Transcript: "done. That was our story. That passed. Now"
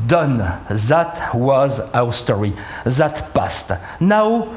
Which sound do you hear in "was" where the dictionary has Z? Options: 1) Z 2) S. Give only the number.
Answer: 1